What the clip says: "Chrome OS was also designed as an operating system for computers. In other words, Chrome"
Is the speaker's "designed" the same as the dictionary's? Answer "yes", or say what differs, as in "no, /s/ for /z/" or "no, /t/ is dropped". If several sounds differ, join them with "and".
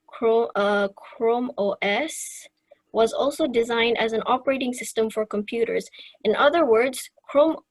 yes